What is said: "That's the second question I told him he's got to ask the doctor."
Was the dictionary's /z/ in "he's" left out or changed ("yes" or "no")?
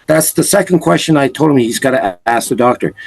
no